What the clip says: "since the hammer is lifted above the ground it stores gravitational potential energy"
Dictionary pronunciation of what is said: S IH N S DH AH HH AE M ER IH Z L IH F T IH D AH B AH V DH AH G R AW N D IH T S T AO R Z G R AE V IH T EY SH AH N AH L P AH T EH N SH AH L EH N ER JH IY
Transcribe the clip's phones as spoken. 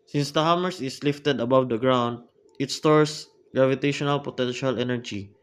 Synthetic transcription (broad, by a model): S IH N S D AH HH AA M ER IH S L IH F T IH D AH B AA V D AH G R AW N D IH T S T AO R S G R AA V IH T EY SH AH N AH L P AH T EH N SH AH L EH N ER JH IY